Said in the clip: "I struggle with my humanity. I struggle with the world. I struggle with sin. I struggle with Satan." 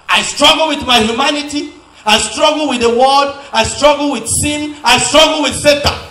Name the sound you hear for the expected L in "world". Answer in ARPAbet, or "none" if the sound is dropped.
none